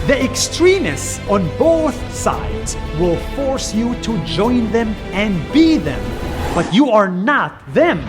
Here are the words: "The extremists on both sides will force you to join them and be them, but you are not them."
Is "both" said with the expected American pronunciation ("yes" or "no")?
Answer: yes